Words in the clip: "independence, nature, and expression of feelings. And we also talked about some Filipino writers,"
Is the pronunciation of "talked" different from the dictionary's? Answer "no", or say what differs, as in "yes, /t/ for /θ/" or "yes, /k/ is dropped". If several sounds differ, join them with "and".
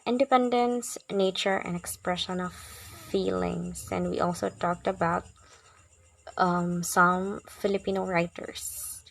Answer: no